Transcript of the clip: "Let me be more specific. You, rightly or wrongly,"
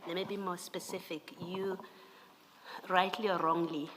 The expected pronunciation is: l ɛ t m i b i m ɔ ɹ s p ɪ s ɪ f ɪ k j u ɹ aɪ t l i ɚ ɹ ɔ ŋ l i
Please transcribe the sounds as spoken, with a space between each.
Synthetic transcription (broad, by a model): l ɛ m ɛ b i m ɔ s p ɪ s ɪ f ɪ k j u ɹ aɪ t l i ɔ ɹ ɔ ŋ l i